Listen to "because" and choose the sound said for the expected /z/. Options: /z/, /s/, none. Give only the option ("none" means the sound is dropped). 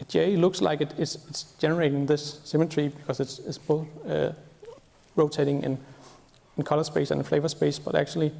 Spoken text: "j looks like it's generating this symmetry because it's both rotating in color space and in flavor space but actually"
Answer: /s/